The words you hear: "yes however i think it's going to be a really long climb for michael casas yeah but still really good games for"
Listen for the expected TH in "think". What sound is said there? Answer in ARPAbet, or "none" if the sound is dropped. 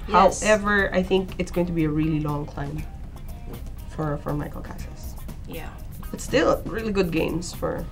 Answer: TH